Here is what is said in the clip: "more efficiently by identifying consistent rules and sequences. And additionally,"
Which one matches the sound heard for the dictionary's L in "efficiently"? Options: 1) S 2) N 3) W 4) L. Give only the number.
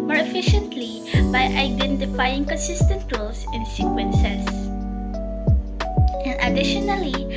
4